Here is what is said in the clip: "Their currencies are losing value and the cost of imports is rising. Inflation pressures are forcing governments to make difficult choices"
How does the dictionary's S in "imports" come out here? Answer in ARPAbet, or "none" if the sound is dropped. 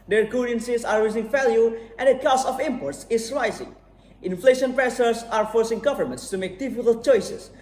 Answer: S